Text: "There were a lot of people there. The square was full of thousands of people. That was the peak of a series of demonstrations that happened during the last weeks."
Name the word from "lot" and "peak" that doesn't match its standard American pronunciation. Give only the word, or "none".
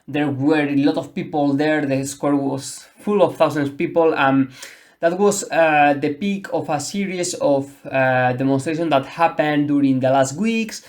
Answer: none